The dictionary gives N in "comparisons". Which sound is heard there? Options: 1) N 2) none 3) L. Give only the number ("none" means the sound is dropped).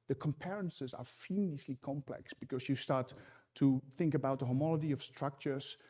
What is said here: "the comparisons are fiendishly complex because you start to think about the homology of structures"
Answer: 2